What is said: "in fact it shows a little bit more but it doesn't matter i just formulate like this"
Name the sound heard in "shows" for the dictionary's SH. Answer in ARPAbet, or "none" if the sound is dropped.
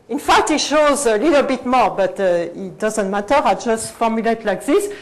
SH